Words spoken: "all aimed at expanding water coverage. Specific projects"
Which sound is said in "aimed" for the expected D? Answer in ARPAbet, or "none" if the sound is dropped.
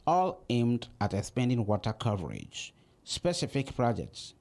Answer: D